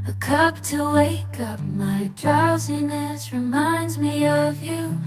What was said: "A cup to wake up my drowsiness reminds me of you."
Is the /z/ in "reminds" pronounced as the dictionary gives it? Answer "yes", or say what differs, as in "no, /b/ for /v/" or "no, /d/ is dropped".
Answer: yes